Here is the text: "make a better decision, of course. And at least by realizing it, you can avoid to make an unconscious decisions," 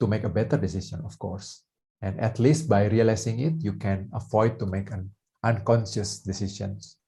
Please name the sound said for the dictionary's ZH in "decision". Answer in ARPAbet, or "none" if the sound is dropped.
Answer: S